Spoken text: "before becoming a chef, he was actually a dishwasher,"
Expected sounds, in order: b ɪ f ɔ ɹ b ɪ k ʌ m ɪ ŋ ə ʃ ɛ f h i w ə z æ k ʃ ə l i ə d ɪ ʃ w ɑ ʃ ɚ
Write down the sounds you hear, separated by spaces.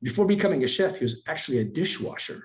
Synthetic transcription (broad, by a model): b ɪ f ɔ ɹ b ɪ k ʌ m ɪ ŋ ə ʃ ɛ f h i w ə z æ k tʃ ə l i ə d ɪ ʃ w ɑ ʃ ɚ